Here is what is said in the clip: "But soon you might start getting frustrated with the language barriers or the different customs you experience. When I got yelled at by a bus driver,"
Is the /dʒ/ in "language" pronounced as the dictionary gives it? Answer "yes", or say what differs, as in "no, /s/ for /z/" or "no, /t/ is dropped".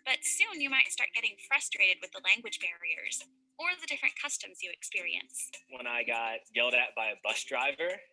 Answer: yes